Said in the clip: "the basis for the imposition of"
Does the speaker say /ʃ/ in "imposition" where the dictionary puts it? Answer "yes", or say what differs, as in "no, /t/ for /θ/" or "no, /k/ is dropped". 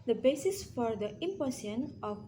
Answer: no, /ʃ/ is dropped